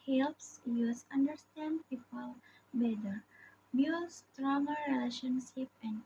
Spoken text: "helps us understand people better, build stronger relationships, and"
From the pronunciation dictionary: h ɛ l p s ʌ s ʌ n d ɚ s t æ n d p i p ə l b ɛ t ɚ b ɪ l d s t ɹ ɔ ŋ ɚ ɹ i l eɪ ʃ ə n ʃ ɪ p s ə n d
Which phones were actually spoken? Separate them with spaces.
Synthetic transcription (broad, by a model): h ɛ l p s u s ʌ n d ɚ s t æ n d p i p ə l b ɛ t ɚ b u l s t ɹ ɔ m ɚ ɹ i l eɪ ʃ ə n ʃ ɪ p ə n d